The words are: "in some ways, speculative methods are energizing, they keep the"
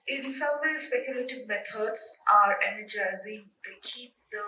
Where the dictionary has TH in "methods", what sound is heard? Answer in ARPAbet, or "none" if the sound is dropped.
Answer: T